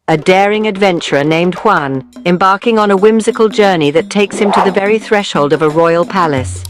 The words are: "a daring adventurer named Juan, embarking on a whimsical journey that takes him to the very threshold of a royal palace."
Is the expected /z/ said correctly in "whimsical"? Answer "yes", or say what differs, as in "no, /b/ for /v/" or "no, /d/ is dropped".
yes